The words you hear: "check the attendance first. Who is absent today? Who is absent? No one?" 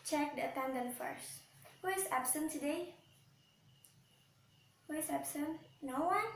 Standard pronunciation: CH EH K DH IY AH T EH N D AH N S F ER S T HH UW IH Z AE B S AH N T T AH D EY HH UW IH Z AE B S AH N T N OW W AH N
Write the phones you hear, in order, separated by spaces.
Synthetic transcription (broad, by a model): CH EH K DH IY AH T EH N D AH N F ER S T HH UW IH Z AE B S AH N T T AH D EY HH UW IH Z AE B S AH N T N OW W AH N